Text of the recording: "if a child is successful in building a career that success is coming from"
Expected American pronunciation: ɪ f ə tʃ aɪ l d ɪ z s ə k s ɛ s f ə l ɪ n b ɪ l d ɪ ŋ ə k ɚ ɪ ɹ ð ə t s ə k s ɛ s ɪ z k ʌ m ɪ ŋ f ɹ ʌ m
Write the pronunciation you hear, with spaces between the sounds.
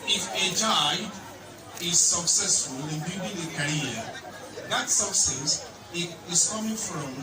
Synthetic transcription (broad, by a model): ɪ f ə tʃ aɪ d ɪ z s ə k s ɛ s f ə l ɪ n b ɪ d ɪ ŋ ə k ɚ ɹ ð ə t s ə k s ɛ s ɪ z k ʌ m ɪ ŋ f ɹ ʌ m